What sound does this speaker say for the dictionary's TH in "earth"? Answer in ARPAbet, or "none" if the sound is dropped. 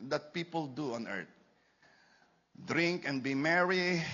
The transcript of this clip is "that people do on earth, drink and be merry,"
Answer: T